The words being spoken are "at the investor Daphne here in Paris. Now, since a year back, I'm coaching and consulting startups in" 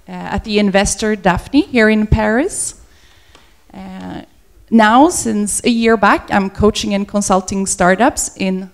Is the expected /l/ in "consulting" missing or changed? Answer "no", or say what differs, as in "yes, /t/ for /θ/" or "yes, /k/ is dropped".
no